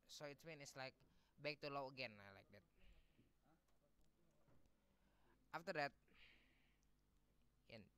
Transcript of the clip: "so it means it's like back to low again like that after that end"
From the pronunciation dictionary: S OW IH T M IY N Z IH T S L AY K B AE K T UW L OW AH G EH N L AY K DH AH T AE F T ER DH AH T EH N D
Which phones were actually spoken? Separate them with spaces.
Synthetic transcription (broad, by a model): S OW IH T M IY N IH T S L AY K B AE K T UW L OW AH G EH N L AY K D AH T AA F T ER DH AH T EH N